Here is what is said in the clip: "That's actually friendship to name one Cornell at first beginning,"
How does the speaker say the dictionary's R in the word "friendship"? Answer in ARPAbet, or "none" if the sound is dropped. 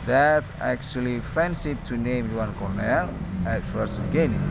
none